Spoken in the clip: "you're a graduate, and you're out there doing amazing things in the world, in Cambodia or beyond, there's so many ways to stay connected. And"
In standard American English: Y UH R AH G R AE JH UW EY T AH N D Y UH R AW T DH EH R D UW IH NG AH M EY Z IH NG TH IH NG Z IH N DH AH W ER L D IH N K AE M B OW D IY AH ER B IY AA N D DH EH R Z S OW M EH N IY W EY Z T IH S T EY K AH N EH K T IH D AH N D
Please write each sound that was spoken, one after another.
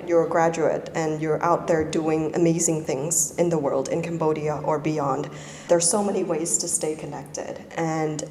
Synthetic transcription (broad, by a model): Y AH R G R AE JH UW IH T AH N Y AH R AW T DH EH R D UW IH NG AH M EY Z IH NG TH IH NG Z IH N DH AH W ER L D IH N K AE M B OW D IY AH ER B IY AA N D DH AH R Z S OW M EH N IY W EY Z T IH S T EY K AH N EH K T IH D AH N